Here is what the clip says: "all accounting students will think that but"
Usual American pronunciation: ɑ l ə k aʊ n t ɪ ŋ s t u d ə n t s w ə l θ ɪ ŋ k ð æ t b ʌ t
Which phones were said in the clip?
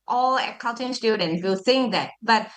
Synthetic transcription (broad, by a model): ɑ l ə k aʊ l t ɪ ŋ s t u d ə n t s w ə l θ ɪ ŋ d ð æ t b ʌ t